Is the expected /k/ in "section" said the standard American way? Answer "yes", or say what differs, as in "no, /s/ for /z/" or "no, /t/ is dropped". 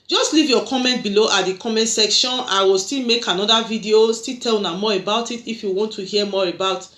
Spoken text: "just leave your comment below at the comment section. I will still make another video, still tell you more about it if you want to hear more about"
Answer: yes